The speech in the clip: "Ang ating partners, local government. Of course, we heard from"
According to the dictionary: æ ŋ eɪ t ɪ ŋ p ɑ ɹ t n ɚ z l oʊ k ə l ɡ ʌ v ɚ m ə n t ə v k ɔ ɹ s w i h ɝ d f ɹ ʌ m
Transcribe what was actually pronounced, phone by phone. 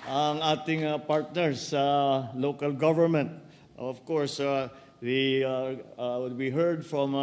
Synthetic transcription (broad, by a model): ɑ ŋ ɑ t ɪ ŋ p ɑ ɹ t n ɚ s l oʊ k ə l ɡ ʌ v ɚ m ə n t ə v k ɔ ɹ s w i h ɝ d f ɹ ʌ m